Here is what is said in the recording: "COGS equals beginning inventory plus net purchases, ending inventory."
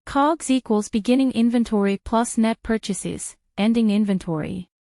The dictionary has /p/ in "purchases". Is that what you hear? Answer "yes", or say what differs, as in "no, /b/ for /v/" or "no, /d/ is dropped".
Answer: yes